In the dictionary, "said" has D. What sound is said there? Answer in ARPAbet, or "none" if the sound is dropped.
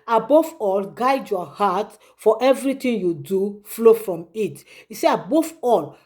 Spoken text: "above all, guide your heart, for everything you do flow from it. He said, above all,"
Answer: none